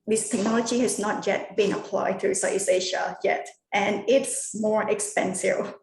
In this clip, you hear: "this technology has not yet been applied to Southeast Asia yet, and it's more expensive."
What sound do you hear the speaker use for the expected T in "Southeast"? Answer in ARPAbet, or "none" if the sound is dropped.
none